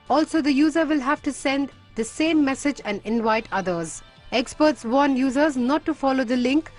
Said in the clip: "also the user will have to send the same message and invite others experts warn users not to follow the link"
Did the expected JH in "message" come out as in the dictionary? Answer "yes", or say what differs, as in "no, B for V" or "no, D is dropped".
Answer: yes